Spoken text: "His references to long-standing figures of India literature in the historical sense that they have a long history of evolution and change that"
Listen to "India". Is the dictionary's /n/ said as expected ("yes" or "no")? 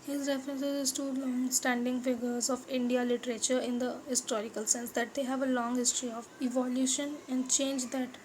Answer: yes